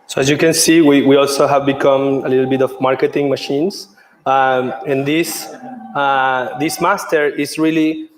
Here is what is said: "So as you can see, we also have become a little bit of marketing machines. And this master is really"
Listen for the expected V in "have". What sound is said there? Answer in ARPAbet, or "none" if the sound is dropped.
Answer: V